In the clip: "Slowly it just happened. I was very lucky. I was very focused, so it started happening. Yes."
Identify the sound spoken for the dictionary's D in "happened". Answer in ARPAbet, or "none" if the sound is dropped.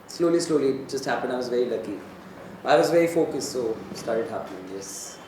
none